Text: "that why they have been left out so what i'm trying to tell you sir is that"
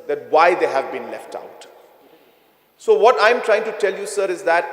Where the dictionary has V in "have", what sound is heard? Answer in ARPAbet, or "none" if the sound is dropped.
V